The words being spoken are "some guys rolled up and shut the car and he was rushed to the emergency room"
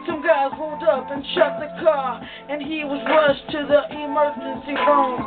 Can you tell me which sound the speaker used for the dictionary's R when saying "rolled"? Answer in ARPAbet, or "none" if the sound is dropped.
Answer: W